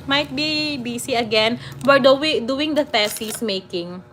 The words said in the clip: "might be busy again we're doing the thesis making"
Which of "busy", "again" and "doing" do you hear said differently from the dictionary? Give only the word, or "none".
busy